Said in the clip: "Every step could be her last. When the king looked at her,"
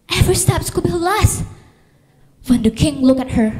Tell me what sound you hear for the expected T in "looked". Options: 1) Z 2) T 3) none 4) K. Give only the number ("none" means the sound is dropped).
3